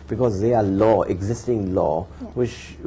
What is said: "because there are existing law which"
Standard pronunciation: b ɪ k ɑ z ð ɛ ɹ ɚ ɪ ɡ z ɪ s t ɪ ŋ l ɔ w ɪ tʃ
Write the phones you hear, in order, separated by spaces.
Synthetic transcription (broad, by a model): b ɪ k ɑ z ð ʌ l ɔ ɪ ɡ z ɪ s t ɪ ŋ l ɔ w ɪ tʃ